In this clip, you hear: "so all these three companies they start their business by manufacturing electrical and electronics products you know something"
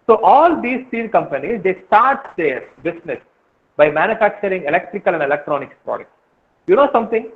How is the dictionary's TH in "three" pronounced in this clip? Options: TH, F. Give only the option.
F